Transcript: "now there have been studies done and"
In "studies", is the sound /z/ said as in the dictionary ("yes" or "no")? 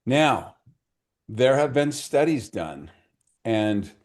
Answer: yes